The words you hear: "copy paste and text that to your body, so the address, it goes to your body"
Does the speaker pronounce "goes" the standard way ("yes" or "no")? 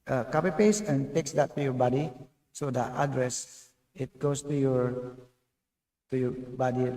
no